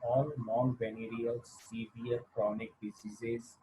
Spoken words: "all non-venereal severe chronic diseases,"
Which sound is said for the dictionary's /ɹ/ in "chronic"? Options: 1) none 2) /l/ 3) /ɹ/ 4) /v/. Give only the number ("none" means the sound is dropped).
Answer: 3